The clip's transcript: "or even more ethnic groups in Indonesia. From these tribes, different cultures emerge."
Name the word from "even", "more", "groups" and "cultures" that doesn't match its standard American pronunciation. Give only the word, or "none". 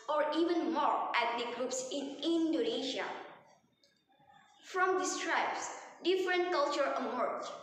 cultures